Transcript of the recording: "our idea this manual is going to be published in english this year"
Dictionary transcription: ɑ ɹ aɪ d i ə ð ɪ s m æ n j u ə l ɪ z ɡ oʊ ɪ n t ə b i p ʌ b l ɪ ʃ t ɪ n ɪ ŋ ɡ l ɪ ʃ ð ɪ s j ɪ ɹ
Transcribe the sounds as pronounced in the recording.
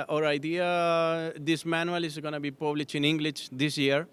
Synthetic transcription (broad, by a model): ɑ ɹ aɪ d i ə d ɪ s m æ n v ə l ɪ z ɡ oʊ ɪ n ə b i p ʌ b l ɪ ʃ ɪ n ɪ ŋ ɡ l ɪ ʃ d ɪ s j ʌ ɹ